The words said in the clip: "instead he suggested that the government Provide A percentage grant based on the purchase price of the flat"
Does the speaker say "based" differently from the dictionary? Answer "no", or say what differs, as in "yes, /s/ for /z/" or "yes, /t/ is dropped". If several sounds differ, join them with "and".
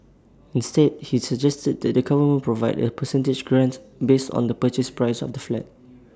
no